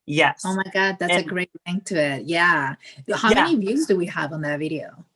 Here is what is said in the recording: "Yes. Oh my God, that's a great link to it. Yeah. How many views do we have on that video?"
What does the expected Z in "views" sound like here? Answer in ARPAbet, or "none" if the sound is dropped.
Z